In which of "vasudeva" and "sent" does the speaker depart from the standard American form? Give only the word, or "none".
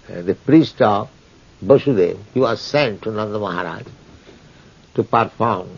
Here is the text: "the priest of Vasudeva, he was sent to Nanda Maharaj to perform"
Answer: vasudeva